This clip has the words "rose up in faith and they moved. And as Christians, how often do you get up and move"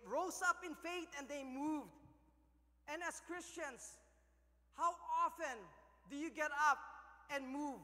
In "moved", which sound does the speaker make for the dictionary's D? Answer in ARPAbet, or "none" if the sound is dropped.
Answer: D